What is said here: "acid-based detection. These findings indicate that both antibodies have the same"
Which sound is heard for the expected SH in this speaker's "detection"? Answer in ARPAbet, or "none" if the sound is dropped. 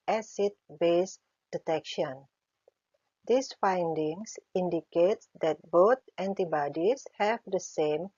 SH